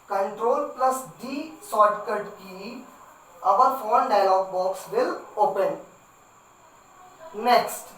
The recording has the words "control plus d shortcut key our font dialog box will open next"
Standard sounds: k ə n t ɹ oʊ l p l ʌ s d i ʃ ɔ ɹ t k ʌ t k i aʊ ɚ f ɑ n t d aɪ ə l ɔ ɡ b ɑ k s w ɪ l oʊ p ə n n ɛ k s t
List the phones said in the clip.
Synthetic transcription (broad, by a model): k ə n t ɹ oʊ l p l ʌ s d i s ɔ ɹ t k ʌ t k i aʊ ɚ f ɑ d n d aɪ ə l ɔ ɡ b ɑ k s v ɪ l oʊ p ə n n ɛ k s t